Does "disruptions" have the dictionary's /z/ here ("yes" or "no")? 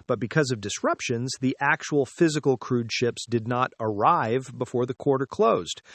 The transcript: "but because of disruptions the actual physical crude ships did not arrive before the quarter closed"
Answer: yes